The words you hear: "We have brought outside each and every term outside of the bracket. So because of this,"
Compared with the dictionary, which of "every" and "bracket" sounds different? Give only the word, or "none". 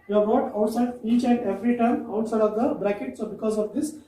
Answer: none